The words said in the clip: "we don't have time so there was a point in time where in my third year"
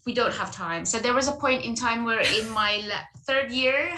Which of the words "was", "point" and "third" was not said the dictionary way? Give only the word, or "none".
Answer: none